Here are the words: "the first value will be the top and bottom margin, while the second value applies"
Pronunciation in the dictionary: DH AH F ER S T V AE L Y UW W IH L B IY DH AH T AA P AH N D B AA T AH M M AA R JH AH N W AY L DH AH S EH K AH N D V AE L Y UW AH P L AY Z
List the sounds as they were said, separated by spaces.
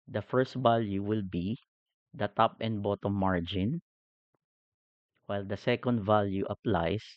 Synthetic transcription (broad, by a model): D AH F ER S T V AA L Y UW W IH L B IY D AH T AA P AH N D B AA T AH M M AA R JH AH N W AY L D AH S EH K AH N D V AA L Y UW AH P L AY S